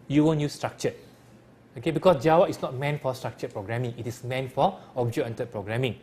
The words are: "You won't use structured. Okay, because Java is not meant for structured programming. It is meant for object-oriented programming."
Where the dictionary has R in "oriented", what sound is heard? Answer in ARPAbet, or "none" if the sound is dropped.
none